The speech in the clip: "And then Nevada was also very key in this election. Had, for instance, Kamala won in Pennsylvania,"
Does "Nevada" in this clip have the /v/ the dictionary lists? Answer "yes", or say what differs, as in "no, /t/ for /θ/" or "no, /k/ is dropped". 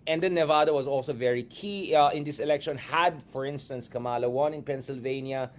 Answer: yes